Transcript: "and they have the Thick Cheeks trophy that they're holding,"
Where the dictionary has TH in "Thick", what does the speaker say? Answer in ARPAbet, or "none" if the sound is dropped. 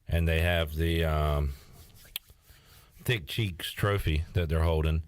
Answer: TH